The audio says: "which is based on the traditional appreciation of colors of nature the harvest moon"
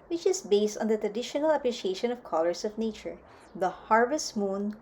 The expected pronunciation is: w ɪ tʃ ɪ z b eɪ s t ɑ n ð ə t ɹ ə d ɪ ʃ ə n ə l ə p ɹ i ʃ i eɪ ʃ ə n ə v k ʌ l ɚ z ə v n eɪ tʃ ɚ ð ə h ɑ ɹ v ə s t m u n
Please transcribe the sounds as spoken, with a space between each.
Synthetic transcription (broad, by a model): w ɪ tʃ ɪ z b eɪ s t ɑ n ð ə t ɹ ə d ɪ ʃ ə n ə l ə p ɹ i ʃ i eɪ ʃ ə n ə v k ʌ l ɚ s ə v n eɪ tʃ ɚ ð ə h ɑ ɹ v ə s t m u n